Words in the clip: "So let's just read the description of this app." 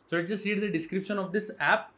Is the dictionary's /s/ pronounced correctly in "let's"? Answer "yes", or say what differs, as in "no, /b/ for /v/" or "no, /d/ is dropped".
no, /s/ is dropped